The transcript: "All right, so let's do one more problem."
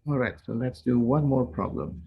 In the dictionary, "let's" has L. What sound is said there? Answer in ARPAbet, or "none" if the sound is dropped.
L